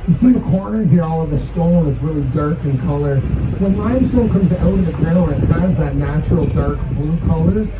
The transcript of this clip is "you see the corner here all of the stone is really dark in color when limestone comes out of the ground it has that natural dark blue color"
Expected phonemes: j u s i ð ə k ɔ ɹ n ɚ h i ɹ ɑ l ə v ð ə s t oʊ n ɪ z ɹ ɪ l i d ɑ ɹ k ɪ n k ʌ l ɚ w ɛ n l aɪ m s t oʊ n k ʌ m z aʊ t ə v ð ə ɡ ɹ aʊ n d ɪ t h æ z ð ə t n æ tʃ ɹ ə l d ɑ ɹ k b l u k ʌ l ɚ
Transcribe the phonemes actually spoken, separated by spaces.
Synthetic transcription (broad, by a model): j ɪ s i ð ə k ɔ ɹ n ɚ h i ɹ ɑ l ə v ð ə s t oʊ l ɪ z ɹ ɪ l i d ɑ ɹ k ɪ n k ʌ l ɚ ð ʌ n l aɪ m s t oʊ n k ʌ m z aʊ t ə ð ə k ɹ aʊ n ɪ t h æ z ð ə t n æ tʃ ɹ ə l d ɑ ɹ k b l u k ʌ l ɚ